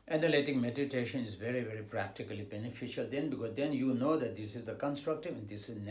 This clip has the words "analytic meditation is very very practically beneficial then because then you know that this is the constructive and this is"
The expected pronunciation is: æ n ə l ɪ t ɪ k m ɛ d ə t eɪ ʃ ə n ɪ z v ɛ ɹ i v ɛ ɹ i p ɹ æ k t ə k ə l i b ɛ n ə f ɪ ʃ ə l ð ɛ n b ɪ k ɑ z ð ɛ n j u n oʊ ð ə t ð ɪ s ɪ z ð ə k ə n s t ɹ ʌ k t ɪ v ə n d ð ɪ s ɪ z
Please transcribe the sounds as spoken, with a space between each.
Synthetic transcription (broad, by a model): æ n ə l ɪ t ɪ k m ɛ d ə t eɪ ʃ ə n ɪ z v ɛ ɹ i v ɛ ɹ i p ɹ æ k t ə k ə l i b ɛ n ə f ɪ ʃ ə l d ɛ n b ɪ k ɑ z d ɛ n j u n oʊ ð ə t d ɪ s ɪ z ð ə k ə n s t ɹ ʌ k t ɪ v ə n d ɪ s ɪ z